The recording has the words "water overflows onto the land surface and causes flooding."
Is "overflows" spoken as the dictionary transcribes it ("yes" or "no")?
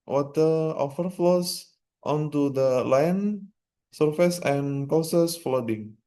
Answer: no